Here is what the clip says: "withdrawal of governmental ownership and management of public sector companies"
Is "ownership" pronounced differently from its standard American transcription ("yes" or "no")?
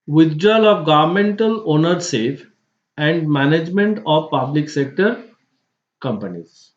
yes